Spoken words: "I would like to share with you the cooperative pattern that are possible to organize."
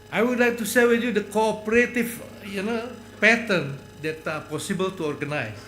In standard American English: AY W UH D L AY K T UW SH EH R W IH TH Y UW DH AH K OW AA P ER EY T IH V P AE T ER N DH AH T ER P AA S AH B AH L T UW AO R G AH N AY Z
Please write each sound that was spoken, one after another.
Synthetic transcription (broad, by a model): AY W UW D L AY K T UW S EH L W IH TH Y UW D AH K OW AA P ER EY T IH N P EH T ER N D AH T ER P AA S AH B AH L T UW AO R G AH N AY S